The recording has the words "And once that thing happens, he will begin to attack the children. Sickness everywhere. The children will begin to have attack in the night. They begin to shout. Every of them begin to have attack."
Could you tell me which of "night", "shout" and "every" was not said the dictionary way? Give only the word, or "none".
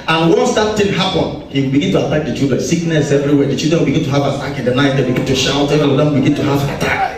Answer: every